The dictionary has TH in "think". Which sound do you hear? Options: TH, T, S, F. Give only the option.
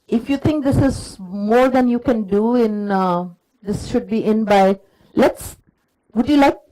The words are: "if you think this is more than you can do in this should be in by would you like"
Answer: T